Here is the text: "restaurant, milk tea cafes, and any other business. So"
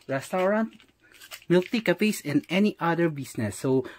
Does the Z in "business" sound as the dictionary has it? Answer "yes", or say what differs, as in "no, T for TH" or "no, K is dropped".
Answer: no, S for Z